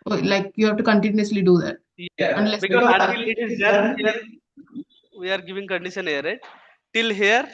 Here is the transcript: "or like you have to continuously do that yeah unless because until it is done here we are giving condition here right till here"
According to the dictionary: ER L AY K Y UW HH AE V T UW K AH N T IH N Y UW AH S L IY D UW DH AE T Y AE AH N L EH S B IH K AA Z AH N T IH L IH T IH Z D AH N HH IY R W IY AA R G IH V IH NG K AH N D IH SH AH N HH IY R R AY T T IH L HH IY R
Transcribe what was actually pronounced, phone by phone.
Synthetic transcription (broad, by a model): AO L AY K Y UW HH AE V T UW K AH N T IH N Y UW AH S L IY D UW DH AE T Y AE AH N L EH S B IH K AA AH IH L IH T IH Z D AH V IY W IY AA R G IH V IH NG K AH N D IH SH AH N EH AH R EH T T IH L HH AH R